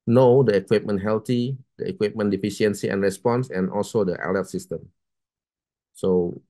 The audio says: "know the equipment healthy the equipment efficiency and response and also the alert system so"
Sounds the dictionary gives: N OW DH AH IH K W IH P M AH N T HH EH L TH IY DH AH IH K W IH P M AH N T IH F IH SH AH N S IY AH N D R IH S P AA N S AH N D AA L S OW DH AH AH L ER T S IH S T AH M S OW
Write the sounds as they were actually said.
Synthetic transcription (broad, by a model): N OW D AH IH K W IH P M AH N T HH EH L T IY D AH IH K W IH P M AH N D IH F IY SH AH N S IY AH N R IH S P AA N S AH N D AA L S OW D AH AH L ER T S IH S T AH M S OW